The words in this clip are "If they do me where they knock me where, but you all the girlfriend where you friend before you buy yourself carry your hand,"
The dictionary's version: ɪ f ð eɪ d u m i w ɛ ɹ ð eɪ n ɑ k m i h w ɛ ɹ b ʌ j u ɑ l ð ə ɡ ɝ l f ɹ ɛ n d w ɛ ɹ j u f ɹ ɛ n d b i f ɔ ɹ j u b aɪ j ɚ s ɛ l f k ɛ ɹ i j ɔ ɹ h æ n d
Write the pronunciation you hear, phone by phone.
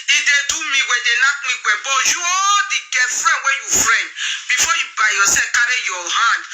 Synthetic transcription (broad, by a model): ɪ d eɪ d u m i w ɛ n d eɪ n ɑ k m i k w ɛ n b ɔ j u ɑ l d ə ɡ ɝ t f ɹ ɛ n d w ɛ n j u f ɹ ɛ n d b i f ɔ j u b aɪ j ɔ s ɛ f k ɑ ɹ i j ɔ h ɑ n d